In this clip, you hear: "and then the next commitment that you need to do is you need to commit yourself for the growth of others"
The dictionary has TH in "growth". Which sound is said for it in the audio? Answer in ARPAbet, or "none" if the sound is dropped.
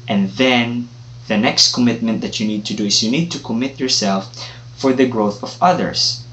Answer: TH